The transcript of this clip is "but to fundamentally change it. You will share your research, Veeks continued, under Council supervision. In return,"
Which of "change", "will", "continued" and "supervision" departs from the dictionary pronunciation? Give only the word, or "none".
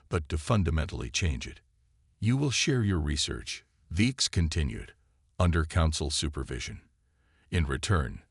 none